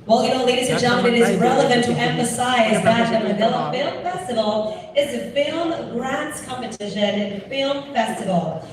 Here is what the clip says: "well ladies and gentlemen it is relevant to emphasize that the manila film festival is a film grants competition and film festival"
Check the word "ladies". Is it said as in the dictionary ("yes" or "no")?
no